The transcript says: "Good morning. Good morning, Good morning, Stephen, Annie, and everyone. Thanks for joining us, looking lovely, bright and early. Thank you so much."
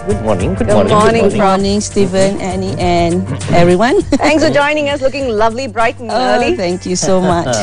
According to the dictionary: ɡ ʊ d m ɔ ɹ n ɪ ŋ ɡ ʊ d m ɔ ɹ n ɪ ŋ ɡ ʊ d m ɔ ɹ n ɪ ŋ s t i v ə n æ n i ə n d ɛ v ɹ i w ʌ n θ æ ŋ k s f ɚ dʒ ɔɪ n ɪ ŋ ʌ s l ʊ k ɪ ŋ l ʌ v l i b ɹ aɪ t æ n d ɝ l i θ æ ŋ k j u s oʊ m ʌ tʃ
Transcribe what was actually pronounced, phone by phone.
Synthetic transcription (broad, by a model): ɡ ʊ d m ɔ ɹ n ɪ ŋ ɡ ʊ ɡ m ɔ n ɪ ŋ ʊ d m ɔ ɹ n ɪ ŋ s t i v ə n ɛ n i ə n ɛ v ɹ i w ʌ n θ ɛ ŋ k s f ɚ dʒ ɔɪ n ɪ ŋ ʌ s l ʊ k ɪ ŋ l ʌ v l i b ɹ aɪ t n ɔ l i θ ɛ ŋ k j u s oʊ m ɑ tʃ